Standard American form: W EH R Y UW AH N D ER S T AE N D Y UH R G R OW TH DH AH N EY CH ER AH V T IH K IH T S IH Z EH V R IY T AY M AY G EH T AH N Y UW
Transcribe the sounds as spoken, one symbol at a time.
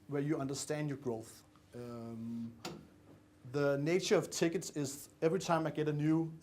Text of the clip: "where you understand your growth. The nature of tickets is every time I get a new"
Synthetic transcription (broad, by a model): W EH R Y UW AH N D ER S T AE N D Y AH R G R OW TH DH AH N EY CH ER AH V T IH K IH T S IH Z EH V R IY T AY M AY G EH T AH N Y UW